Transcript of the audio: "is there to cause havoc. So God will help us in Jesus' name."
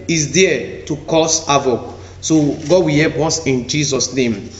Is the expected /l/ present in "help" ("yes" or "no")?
no